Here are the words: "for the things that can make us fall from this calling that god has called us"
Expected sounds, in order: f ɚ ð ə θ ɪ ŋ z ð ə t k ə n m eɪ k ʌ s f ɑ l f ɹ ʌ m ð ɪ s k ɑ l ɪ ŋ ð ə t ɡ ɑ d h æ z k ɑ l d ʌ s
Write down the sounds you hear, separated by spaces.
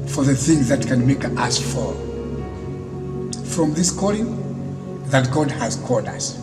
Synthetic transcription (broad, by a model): f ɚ ð ə θ ɪ ŋ z ð ə t k ə n m eɪ k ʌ s f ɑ f ɹ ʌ m ð ɪ s k ɑ l ɪ ŋ ð ə t ɡ ɑ d h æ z k ɑ l d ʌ s